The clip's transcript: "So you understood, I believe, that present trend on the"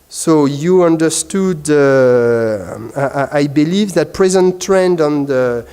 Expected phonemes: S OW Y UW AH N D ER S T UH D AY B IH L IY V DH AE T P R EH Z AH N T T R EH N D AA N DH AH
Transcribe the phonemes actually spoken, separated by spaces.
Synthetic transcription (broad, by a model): S OW Y UW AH N D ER S T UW D AY B IH L IY V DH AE T P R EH Z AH N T T R EH N D AA N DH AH